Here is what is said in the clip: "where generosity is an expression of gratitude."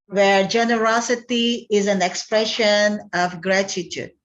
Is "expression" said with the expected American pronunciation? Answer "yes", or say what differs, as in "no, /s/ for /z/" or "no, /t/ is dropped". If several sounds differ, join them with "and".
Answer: yes